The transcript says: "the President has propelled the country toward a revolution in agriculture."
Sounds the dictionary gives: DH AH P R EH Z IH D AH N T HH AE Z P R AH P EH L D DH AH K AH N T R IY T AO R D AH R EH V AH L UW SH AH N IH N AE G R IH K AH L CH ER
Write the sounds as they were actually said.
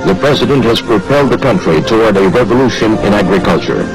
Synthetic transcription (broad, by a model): DH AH P R EH Z IH D AH N T HH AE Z P R AH P EH L D DH AH K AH N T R IY T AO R D AH R EH V AH L UW SH AH N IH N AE G R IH K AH L CH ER